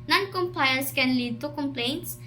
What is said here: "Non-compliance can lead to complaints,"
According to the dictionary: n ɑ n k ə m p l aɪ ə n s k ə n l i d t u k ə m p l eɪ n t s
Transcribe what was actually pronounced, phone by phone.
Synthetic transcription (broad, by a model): n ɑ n k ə m p aɪ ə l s k ə n l i d t u k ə m p l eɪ n t s